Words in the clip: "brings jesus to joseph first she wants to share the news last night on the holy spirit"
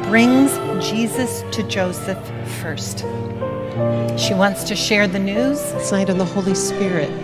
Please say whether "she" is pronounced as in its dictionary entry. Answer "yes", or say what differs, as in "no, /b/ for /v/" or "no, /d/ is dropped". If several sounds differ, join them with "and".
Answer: yes